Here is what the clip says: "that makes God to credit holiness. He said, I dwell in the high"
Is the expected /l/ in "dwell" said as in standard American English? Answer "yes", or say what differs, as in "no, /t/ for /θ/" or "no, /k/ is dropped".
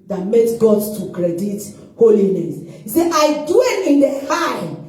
no, /n/ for /l/